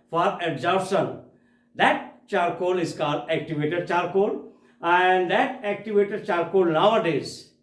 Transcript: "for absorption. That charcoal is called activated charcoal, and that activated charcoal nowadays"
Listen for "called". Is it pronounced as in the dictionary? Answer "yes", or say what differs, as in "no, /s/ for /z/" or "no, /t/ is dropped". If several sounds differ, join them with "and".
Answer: no, /l/ is dropped